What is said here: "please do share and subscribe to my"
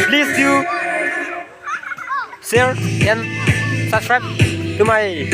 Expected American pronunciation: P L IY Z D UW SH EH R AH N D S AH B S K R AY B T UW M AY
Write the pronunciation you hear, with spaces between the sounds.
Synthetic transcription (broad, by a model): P L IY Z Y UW S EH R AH N S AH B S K R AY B T UW M AY